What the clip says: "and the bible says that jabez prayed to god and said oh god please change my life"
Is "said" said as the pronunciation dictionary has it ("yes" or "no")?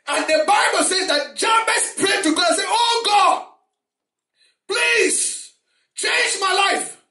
no